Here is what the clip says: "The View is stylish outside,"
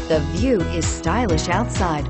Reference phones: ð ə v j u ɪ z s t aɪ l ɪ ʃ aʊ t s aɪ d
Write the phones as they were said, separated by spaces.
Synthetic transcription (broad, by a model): ð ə v j u ɪ z s t aɪ l ɪ ʃ aʊ t s aɪ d